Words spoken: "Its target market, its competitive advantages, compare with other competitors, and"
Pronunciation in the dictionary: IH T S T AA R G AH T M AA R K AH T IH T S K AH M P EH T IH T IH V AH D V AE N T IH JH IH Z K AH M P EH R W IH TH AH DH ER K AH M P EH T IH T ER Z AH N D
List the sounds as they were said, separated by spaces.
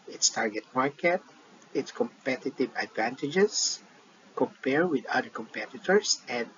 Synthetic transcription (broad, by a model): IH T S T AA R G AH T M AA R K AH T IH T S K AH M P EH T IH T IH V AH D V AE N T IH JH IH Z K AH M P EH R W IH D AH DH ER K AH M P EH T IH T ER S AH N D